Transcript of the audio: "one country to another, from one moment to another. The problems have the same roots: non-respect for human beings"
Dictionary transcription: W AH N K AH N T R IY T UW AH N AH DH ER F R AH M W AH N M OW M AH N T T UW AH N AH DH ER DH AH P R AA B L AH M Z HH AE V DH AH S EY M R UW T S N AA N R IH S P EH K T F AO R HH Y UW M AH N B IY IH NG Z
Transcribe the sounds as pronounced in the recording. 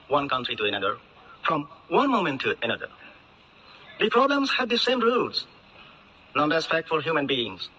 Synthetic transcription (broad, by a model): W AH N K AH N T R IY T UW AH N AH DH ER F R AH M W AH N M OW M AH N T T UW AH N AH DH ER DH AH P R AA B L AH M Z HH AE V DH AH S EY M R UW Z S N AA N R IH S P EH K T F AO L HH Y UW M AH N B IY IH NG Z